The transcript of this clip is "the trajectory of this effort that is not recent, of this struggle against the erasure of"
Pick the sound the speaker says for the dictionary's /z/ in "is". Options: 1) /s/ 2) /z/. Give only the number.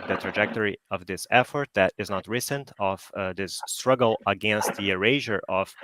2